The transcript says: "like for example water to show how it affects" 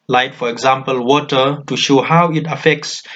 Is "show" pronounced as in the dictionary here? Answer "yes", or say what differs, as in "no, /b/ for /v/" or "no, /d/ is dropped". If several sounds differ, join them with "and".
yes